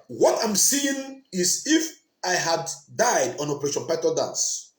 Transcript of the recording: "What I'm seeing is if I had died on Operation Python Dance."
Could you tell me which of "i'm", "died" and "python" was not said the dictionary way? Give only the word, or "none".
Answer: python